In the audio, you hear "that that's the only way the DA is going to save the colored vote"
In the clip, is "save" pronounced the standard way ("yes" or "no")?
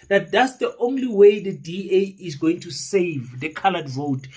yes